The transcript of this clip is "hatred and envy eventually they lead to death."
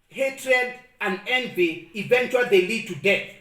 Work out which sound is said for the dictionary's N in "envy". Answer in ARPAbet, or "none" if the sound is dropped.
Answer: N